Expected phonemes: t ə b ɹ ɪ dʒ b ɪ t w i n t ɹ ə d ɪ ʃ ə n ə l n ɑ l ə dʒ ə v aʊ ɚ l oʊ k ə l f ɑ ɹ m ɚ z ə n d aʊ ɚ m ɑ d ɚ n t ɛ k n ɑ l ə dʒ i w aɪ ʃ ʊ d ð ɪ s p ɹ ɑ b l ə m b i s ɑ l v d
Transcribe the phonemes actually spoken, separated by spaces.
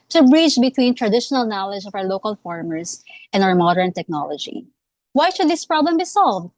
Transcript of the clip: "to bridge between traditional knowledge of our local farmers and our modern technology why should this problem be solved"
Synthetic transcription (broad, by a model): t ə b ɹ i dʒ b ɪ t w i n t ɹ ə d ɪ ʃ ə n ə l n ɑ l ə dʒ ə v aʊ ɚ l oʊ k ə l f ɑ ɹ m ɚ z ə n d aʊ ɚ m ɑ d ɚ n t ɛ k n ɑ l ə dʒ i w aɪ ʃ ʊ d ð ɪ s p ɹ ɑ b l ə m b i s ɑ l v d